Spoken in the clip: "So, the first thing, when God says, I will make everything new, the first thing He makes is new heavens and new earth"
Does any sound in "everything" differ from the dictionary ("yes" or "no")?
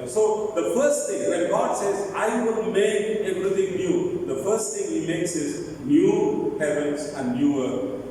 yes